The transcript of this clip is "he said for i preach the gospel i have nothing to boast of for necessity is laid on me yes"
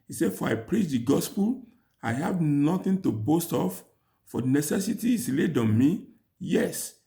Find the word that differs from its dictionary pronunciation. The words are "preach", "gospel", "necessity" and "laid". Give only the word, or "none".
none